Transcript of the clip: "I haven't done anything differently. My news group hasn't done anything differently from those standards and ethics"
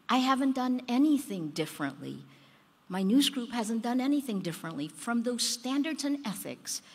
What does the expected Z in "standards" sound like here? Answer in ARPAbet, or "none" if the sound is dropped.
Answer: Z